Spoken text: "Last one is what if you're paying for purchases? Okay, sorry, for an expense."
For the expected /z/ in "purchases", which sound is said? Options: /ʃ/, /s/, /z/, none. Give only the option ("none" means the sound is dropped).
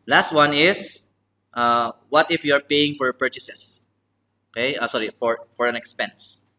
/s/